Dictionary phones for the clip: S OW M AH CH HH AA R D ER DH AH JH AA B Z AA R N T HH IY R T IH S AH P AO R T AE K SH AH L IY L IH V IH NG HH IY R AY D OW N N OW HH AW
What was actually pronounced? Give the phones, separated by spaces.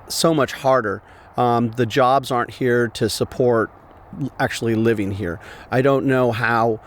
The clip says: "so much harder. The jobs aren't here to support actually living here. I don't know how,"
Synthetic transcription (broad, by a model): S OW M AH CH HH AA R D ER DH AH JH AA B Z AA R N T HH IY R T IH S AH P AO R T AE K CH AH L IY L IH V IH NG HH IY R AY D OW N N OW HH AW